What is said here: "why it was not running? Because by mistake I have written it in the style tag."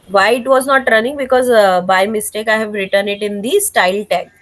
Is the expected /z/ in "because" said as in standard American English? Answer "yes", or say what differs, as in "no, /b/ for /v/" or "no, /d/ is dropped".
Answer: yes